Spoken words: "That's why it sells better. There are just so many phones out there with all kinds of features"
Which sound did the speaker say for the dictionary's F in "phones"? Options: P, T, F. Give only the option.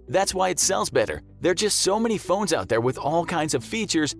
F